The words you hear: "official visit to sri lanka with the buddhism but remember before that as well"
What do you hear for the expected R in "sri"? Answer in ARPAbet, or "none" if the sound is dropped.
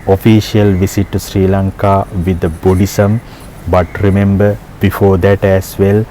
R